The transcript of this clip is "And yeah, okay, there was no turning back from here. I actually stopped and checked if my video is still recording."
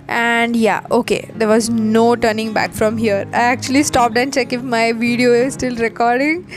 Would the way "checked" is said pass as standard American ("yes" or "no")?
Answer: no